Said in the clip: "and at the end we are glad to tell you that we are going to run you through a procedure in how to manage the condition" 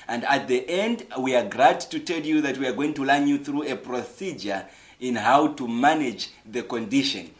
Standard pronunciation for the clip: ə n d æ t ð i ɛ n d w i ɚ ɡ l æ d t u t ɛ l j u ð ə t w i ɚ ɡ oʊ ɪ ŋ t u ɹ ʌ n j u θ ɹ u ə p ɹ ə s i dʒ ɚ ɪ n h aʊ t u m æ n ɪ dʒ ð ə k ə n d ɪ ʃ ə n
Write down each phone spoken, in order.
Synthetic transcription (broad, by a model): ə n d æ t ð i ɛ n d w i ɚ ɡ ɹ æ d t u t ɛ l j u ð ə t w i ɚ ɡ oʊ ɪ ŋ t u l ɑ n j u θ ɹ u ə p ɹ ə s i dʒ ɚ ɪ n h aʊ t u m æ n ɪ dʒ ð ə k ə n d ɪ ʃ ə n